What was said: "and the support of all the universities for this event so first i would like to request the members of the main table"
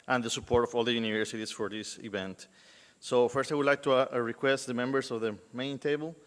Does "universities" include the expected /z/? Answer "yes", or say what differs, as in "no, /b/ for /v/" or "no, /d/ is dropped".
no, /s/ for /z/